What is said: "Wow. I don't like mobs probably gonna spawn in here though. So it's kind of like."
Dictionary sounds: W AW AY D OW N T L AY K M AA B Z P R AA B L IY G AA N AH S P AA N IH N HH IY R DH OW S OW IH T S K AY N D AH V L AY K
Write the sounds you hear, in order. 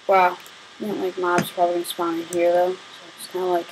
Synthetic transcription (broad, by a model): W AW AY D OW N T L AY K M AA B Z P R AA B IY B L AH S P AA IH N HH IY R DH OW S OW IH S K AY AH L AY K